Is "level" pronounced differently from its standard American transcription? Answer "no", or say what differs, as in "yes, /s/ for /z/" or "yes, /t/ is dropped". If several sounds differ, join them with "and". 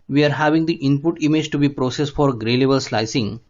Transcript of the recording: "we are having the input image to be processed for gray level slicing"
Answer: yes, /b/ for /v/